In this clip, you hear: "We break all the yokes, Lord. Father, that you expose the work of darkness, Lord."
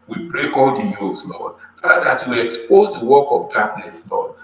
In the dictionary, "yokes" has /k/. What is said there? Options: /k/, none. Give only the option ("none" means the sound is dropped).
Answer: none